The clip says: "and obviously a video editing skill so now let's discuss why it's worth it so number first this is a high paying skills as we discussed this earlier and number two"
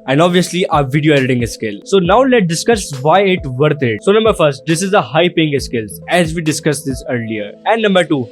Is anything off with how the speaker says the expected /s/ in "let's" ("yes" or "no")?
yes